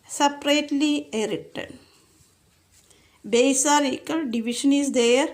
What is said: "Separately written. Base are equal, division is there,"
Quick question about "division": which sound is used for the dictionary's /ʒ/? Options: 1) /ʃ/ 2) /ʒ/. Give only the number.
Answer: 1